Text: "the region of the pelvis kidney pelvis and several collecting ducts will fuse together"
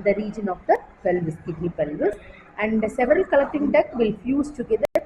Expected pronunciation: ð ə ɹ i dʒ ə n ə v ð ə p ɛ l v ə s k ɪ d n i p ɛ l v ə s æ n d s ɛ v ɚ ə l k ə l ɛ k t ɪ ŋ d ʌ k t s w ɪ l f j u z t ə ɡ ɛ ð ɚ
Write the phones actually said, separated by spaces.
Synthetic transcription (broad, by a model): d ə ɹ i dʒ ə n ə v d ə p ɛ l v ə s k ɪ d n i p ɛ l v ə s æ n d s ɛ v ɚ ə l k ə l ɛ k t ɪ ŋ d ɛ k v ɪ l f j u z t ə ɡ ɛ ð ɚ